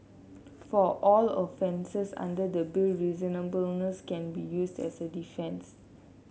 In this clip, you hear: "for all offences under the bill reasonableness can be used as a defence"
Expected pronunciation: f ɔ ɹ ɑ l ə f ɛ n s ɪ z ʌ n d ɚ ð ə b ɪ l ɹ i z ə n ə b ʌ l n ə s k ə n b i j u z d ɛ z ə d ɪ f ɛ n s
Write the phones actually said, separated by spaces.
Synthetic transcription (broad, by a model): f ɔ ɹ ɑ l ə f ɛ n s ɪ s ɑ n d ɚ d ə b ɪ l ɹ i z ə n ə b ʌ l n ə s k ə n b i j u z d ɛ s ə d ɪ f ɛ n s